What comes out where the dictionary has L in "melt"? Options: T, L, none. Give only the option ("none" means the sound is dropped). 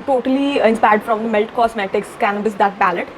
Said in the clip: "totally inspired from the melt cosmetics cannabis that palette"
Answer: L